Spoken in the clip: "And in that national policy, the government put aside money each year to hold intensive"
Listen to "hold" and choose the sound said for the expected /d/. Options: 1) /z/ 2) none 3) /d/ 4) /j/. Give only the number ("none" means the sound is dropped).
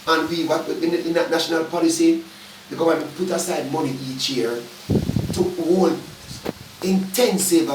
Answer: 2